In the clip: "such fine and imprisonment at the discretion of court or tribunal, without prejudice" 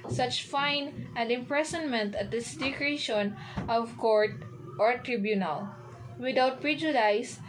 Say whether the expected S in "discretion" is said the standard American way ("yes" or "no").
no